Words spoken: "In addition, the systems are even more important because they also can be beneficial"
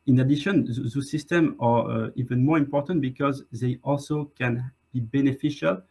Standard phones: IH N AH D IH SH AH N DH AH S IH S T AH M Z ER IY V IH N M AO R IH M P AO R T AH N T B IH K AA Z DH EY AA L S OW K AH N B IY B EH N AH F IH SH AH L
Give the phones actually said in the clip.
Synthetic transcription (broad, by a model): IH N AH D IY SH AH N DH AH S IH S T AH M ER IY V IH N M AO R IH M P AO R T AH N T B IH K AA Z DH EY AA L S OW K AH N B IY B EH N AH F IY SH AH L